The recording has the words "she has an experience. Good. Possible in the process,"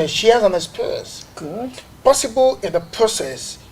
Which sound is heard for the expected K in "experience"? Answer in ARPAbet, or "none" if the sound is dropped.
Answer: none